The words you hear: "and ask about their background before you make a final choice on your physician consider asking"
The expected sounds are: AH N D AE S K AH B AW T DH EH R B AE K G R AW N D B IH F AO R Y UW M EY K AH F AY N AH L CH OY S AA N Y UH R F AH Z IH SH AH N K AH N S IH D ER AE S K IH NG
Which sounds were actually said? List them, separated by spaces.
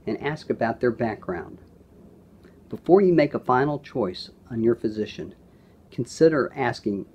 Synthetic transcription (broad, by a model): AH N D AE S K AH B AW T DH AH R B AE K G R AW N D B IH F AO R Y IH M EY K AH F AY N L CH OY S N Y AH R F AH Z IH SH AH N K N S IH D ER AE S K IH NG